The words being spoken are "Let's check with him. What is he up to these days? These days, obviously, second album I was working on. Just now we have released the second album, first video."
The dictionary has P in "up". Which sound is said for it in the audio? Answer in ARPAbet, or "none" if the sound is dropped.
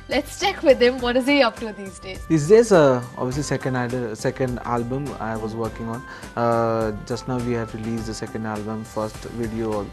P